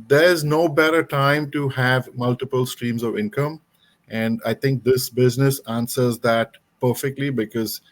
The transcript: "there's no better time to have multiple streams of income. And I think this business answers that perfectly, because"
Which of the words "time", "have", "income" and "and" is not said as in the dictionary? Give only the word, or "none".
none